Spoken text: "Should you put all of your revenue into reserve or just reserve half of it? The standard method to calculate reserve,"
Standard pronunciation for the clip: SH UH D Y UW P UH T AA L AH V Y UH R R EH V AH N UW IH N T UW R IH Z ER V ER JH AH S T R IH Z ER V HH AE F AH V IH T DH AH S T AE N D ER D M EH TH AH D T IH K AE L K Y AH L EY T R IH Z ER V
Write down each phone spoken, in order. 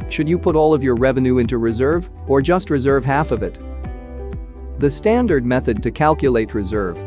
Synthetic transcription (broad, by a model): SH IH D Y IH P UH T AA L AH V Y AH R R EH V AH N UW IH N T UW R IH Z ER V ER JH AH S T R IH Z ER V HH AE F AH V IH T DH AH S T AE N D ER D M EH TH AH D T IH K AE L K Y AH L EY T R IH Z ER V